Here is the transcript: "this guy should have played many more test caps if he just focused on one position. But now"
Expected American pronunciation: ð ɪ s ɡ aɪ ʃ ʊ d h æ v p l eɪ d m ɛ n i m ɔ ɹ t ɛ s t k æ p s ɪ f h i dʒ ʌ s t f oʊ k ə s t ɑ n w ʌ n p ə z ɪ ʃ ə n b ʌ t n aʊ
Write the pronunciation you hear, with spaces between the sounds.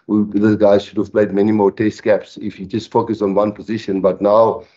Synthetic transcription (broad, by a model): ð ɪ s ɡ aɪ ʃ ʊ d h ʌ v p l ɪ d m ɛ n i m ɔ ɹ t ɛ s t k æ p s ɪ f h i dʒ ʌ s t f oʊ k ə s ɑ n w ʌ n p ə z ɪ ʃ ə n b ʌ t n aʊ